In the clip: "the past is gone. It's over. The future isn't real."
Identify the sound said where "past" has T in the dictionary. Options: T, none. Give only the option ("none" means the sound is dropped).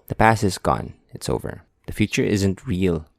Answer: none